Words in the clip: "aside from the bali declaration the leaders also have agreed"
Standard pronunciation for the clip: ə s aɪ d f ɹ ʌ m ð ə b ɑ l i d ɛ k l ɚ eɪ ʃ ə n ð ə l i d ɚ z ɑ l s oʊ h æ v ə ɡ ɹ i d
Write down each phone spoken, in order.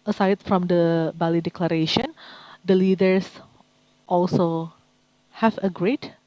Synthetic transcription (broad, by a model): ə s aɪ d f ɹ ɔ m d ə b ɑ l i d ɛ k l ɚ eɪ ʃ ə n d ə l i d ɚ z ɑ l s oʊ h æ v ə ɡ ɹ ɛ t